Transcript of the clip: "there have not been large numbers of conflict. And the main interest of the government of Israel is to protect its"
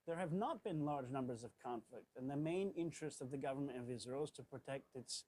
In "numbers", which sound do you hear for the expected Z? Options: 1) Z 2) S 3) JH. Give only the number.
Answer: 1